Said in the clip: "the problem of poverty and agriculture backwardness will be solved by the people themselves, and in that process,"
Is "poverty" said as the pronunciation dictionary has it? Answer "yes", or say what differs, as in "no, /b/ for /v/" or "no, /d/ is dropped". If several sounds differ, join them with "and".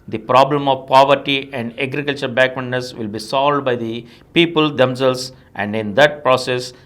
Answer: yes